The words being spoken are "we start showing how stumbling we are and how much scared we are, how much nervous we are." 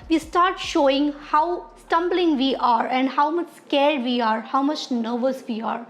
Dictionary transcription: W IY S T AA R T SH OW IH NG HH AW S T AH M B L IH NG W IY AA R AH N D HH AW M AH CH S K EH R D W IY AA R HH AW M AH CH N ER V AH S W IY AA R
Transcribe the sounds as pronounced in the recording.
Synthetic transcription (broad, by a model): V IY S T AA R T SH OW IH NG HH AW S T AH M B L IH NG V IY AA R AH N D HH AW M AH CH S K EH R D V IY AA R HH AW M AH CH N ER V AH S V IY AA R